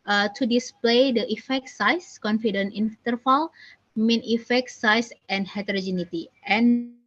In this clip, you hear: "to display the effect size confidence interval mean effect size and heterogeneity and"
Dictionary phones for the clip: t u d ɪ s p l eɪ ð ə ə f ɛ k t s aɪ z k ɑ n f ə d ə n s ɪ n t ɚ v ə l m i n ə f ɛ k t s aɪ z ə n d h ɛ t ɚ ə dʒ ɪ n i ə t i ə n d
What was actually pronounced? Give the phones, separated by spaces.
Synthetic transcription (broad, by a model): t u d ɪ s p l eɪ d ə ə f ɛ k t s aɪ s k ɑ n f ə d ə n ɪ n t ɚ f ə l m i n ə f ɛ k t s aɪ s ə n h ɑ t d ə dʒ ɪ n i t i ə n